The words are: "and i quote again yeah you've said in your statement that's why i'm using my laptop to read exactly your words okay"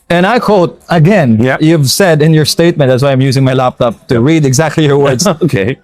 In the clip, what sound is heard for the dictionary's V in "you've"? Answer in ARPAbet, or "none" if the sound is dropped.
V